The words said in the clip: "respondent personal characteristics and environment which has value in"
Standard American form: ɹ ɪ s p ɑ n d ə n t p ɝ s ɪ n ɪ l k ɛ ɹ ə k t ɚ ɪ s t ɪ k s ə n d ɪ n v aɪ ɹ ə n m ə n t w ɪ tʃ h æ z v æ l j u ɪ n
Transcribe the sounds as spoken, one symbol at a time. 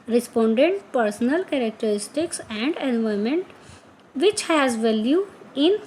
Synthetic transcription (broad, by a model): ɹ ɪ s p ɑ n d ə n t p ɝ s ɪ n ɪ l k ɛ ɹ ə k t ɚ ɪ s t ɪ k s ə n d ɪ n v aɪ ə m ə n t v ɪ tʃ h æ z v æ l j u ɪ n